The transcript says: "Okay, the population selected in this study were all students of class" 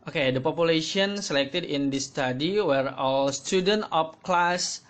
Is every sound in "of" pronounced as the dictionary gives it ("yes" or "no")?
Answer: no